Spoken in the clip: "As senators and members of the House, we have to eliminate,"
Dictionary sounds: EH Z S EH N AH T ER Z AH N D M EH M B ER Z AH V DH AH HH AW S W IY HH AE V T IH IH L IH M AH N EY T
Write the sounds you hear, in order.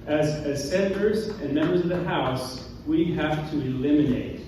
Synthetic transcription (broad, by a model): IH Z S EH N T ER Z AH N M EH M B ER Z AH V DH AH HH AW S W IY HH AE F T IH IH L IH M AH N EY T